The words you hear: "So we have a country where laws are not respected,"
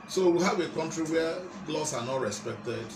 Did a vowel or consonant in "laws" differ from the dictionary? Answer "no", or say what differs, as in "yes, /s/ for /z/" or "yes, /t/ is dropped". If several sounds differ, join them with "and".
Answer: yes, /s/ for /z/